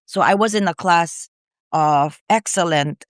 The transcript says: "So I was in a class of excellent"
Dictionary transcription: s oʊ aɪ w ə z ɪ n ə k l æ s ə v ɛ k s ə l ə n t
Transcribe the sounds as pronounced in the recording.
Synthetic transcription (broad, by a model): s oʊ aɪ w ə z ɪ n ə k l æ s ə v ɛ k s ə l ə n t